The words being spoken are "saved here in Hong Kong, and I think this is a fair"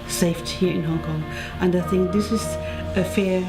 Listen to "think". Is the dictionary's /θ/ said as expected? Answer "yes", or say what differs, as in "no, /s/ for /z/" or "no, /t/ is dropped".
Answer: yes